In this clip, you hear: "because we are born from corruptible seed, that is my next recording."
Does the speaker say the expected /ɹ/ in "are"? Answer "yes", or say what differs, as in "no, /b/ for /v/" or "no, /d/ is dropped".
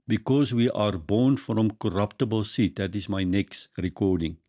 yes